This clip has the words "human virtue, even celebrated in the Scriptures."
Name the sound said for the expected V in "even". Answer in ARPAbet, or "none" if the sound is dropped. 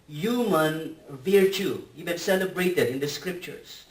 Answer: B